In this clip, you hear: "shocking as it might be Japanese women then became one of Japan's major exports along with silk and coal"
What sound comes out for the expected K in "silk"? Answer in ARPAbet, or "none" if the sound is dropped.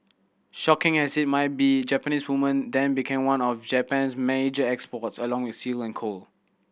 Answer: none